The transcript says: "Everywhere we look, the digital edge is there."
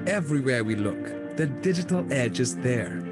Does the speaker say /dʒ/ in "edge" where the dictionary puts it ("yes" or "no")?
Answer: yes